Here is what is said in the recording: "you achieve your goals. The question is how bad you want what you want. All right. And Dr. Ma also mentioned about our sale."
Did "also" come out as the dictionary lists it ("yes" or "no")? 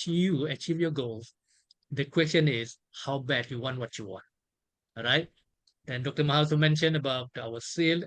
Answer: no